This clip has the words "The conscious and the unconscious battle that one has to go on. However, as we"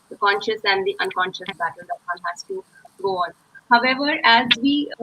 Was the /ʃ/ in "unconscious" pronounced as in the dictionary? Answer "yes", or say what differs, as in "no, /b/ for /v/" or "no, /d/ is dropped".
yes